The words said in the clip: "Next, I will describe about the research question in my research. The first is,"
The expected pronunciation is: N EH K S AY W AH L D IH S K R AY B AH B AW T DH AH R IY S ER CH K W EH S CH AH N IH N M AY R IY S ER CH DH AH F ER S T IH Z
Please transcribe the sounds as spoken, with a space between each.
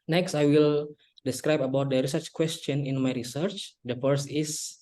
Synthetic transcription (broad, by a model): N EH K S AY W AH L D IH S K R AY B AH B AW T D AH R IY S ER CH K W EH S CH AH N IH N M AY R IY S ER CH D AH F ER S IH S